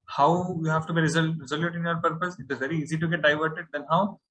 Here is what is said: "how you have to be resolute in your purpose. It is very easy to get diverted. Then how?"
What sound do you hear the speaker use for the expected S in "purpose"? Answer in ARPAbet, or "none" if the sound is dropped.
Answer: S